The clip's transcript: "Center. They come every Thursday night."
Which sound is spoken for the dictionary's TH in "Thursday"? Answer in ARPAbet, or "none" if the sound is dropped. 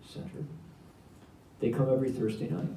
TH